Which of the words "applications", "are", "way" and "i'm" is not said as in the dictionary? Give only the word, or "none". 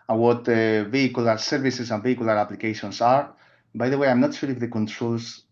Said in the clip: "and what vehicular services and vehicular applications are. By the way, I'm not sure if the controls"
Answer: applications